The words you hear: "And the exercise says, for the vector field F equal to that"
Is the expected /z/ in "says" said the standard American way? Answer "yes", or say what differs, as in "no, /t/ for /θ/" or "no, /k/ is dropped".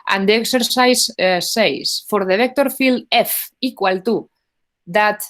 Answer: no, /s/ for /z/